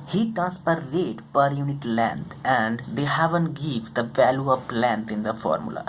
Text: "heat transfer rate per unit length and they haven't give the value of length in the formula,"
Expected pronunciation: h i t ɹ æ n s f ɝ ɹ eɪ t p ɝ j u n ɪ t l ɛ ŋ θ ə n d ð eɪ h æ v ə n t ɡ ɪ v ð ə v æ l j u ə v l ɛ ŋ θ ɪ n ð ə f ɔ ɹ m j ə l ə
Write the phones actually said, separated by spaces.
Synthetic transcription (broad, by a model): h i t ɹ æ n s p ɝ ɹ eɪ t p ɝ j u n ɪ t l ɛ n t ə n d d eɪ h æ v ə n t ɡ ɪ v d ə v æ l j u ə p l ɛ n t ɪ n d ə f ɔ ɹ m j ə l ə